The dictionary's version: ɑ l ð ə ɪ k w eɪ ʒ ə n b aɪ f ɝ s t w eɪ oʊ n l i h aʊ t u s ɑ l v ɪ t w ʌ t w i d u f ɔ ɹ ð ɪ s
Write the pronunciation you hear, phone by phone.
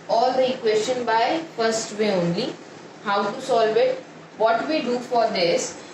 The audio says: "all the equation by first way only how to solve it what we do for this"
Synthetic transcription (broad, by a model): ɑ l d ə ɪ k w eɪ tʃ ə n b aɪ f ɝ s t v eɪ oʊ n l i h aʊ t u s ɑ l v ɪ t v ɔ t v i d u f ɔ ɹ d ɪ s